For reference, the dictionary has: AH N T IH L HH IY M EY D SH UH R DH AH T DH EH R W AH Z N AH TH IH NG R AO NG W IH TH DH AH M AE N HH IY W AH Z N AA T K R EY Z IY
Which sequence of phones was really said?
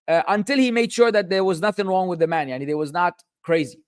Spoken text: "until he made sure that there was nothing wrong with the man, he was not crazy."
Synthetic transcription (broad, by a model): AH N T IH L HH IY M EY D SH UH R DH AH T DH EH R W AH Z N AH TH IH NG R AO NG W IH DH AH M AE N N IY W AH Z N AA T K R EY Z IY